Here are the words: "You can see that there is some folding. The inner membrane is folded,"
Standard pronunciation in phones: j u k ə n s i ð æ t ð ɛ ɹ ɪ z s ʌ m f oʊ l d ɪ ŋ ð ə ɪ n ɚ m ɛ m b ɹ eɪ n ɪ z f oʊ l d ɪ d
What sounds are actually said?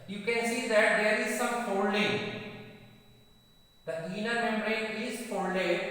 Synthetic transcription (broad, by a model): j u k ə n s i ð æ t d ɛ ɹ ɪ z s ʌ m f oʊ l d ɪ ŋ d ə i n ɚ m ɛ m ɹ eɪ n ɪ z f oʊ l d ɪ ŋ